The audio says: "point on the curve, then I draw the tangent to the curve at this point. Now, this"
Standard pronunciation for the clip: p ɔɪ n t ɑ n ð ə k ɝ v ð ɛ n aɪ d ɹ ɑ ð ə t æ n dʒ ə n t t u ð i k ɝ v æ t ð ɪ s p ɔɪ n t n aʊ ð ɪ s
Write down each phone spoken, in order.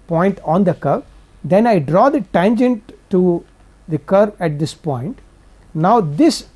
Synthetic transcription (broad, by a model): p ɔɪ n t ɑ n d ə k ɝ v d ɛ n aɪ d ɹ ɑ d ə t æ n dʒ ə n t t u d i k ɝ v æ t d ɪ s p ɔɪ n t n aʊ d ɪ s